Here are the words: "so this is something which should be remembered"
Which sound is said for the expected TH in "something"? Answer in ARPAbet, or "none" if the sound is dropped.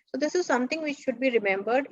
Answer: T